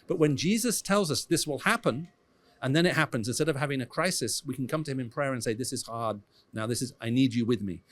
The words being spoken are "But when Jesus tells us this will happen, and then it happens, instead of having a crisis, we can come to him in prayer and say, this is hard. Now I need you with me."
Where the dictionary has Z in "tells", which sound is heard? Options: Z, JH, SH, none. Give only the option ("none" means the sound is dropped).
Z